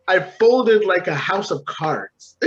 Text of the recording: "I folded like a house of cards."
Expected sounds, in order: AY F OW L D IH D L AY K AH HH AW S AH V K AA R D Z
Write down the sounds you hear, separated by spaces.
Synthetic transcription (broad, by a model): AY F OW L D IH D L AY K AH HH AW S AH V K AA R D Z